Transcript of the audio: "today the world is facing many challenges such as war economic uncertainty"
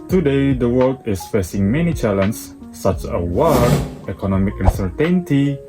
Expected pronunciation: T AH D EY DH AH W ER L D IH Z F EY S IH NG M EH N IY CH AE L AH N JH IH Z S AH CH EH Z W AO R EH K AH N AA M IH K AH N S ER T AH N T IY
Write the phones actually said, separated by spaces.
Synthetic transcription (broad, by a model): T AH D EY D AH W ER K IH S F EY S IH NG M EH N IY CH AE L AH N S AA CH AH W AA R EH K AH N AA M IH K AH N S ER T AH N T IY